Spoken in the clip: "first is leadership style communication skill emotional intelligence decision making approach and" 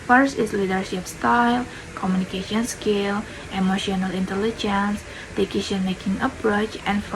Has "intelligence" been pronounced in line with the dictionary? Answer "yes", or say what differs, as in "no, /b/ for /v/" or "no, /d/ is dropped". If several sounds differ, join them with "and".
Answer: yes